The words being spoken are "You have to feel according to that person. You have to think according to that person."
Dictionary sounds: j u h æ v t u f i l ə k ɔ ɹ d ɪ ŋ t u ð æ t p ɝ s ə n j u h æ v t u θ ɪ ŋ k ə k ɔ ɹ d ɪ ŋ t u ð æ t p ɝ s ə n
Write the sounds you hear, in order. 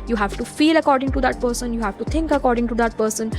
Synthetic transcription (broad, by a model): j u h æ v t u f i l ə k ɔ ɹ d ɪ ŋ t u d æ t p ɝ s ə n j u h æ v t u t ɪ ŋ k ə k ɔ ɹ d ɪ ŋ t u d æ t p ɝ s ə n